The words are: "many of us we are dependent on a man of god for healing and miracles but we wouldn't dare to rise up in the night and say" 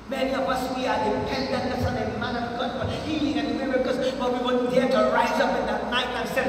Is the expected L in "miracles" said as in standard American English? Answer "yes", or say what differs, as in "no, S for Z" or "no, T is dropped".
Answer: no, L is dropped